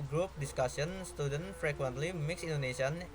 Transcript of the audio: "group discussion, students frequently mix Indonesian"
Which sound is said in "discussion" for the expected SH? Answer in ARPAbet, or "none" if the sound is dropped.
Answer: S